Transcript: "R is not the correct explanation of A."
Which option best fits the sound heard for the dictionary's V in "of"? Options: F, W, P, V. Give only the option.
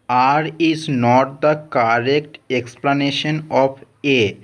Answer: P